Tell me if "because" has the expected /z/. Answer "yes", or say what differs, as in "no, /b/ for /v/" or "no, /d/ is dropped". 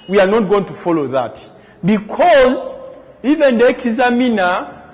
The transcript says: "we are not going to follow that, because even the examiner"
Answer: yes